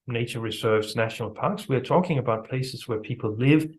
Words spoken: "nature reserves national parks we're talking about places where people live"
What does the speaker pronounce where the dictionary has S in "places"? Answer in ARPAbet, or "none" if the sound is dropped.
S